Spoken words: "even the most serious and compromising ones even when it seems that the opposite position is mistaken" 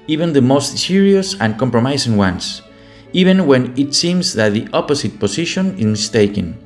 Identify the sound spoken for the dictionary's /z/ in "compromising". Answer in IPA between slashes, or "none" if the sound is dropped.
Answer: /s/